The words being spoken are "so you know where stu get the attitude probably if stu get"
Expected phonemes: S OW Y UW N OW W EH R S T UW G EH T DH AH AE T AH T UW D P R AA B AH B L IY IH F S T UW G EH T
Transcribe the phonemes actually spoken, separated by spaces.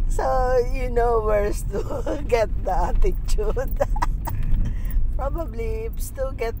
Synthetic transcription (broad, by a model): S OW Y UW N OW W EH R S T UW G EH T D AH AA T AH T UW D P R AA B AH B L IY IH P S T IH G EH T